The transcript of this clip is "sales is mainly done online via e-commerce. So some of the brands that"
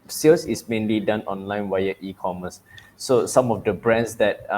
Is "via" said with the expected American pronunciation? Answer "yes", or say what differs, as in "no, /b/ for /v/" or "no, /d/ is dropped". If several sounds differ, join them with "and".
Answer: no, /w/ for /v/